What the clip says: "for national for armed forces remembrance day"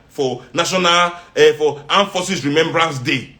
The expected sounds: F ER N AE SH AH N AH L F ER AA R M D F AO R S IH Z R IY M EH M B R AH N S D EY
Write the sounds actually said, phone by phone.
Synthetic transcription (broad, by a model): F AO N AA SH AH N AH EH F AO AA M F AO S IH S R IY M EH M B R AH N S D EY